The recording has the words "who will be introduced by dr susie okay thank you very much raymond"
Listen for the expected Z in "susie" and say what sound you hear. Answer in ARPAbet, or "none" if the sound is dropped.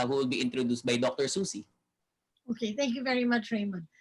S